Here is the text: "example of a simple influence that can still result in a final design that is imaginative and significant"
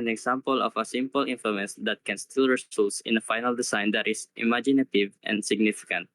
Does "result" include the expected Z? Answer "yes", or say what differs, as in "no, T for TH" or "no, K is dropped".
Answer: no, S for Z